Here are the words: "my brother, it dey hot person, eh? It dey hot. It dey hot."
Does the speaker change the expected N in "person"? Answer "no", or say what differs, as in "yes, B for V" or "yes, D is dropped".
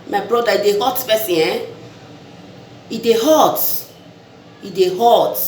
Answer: yes, N is dropped